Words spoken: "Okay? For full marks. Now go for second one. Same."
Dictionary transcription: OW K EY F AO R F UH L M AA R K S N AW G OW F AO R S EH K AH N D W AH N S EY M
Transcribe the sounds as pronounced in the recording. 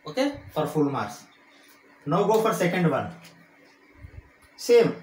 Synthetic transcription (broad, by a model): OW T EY F AO R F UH L M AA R S N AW G OW F AO R S EH K AH N D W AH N S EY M